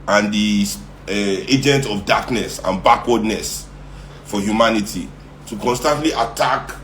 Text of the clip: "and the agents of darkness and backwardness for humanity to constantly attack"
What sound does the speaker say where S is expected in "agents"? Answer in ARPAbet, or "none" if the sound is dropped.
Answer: none